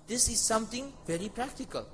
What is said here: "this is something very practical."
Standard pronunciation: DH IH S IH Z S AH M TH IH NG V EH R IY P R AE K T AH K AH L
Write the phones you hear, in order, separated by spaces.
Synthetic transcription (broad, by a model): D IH S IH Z S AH M T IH NG V EH R IY P R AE K T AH K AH L